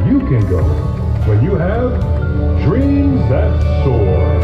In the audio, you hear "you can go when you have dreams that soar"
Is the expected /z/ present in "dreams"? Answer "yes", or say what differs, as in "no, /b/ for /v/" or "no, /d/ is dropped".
yes